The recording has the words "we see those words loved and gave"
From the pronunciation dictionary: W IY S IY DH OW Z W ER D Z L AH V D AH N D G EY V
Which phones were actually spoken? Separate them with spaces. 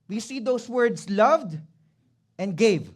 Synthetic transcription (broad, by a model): W IY S IY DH OW S W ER D S L AH V D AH N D G EY V